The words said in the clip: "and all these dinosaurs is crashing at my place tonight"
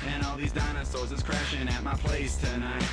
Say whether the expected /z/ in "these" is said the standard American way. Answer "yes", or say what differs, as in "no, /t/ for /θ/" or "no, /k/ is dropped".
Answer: yes